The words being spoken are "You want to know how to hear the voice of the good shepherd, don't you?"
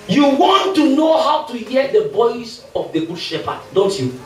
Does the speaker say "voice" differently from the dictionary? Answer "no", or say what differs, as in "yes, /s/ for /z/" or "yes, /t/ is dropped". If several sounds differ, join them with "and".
yes, /b/ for /v/